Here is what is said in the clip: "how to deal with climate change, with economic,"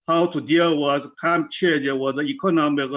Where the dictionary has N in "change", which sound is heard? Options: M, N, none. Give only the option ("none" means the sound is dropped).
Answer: none